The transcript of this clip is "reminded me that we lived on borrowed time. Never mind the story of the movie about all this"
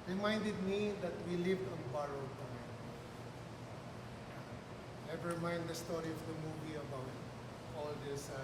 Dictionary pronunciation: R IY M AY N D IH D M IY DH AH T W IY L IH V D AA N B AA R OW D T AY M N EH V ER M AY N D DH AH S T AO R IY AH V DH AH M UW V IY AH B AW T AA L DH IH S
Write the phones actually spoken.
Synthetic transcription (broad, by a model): R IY M AY N D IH D M IY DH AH T W IY L IH V D AA N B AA R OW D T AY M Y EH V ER M AY N D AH S T AO R IY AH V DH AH M UW V IY AH B AW T AA L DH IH S